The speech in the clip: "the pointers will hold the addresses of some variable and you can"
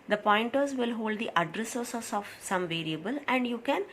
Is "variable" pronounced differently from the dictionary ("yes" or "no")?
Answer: no